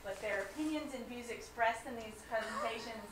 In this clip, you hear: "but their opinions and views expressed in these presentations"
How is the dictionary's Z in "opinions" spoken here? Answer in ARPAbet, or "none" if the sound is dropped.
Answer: Z